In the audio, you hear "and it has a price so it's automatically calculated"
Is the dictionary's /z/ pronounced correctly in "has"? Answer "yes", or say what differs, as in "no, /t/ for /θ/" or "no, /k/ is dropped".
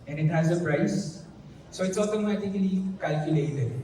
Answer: yes